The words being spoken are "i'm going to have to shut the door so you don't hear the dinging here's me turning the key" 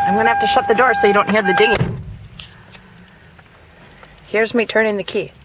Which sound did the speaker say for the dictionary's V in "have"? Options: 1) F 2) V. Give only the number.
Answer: 1